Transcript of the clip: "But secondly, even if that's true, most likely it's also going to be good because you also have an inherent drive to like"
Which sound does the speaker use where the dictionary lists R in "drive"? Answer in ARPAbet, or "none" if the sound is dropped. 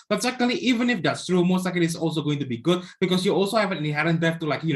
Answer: none